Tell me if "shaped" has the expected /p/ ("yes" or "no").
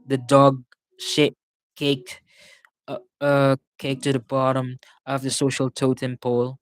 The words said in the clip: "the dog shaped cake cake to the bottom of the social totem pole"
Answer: no